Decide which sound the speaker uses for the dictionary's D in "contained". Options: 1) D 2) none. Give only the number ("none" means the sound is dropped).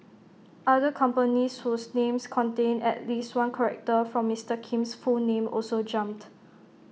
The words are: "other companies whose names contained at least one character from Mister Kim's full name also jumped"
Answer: 2